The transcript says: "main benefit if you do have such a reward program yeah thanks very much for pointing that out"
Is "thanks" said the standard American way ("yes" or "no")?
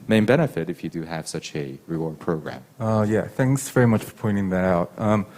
yes